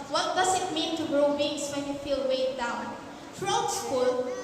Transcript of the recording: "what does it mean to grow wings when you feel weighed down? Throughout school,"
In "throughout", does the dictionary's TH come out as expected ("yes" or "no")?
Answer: no